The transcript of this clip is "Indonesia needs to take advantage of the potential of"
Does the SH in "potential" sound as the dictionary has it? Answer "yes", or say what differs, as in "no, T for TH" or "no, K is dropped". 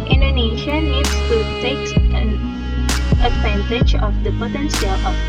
no, S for SH